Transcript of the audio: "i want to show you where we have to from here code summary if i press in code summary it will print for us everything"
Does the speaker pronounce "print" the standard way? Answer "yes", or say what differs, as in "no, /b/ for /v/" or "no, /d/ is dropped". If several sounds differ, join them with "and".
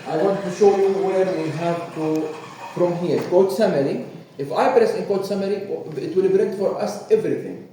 no, /b/ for /p/